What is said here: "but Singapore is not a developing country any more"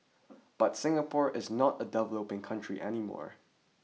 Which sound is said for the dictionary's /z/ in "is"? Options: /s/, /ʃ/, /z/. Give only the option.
/z/